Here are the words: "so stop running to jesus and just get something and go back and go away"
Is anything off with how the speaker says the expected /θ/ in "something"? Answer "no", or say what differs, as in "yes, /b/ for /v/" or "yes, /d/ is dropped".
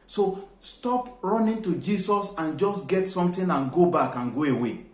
yes, /t/ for /θ/